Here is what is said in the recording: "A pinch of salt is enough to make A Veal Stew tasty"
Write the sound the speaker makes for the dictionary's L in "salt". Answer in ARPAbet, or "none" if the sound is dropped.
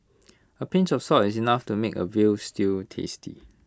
none